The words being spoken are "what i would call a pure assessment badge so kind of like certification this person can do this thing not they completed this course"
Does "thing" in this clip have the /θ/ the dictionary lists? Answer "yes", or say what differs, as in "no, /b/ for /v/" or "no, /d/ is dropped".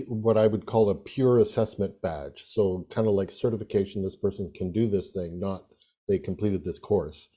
yes